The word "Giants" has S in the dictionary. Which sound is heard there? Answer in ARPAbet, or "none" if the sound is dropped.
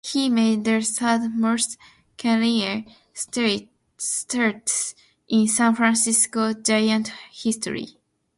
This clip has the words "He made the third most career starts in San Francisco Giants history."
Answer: none